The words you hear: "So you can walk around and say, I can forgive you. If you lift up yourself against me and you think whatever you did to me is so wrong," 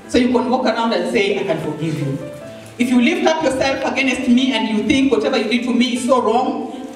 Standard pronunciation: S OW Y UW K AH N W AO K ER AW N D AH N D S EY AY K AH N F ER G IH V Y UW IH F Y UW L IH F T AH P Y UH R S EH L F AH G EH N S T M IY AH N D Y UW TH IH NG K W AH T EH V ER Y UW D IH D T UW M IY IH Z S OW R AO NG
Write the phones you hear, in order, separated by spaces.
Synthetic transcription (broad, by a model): S OW Y UW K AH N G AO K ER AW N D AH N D S EY AY K AH N F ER G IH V Y UW IH F Y UW L IH F T AH P Y UH R S EH L F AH G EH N S T M IY AH N D Y UW TH IH NG K W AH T EH V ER Y UW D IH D T UW M IY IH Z S OW R AO NG